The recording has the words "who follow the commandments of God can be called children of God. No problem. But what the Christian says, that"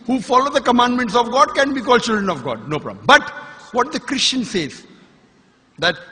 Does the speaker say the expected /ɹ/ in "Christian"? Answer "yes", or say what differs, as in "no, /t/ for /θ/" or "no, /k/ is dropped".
yes